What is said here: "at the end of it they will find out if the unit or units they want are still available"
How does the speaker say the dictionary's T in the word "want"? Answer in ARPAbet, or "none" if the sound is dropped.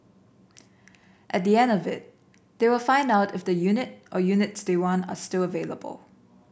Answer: none